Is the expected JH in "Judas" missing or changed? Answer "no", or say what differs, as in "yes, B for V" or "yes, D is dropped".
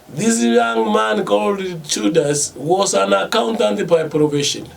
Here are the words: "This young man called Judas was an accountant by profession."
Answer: yes, CH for JH